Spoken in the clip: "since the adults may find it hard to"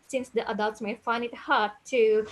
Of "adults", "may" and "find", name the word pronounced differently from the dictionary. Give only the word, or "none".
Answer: find